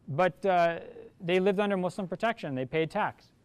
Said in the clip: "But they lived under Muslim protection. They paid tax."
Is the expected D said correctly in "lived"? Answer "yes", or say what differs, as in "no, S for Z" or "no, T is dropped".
yes